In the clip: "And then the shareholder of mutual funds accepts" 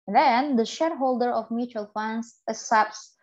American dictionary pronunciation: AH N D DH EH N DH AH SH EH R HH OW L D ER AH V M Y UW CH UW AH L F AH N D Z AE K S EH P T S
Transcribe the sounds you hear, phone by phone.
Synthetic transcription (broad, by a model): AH N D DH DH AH SH EH R HH OW L D ER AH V M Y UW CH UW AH L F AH N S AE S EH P S